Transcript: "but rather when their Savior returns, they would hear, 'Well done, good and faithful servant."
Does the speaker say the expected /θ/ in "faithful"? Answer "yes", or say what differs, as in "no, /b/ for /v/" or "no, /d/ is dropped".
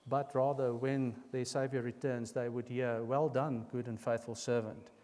yes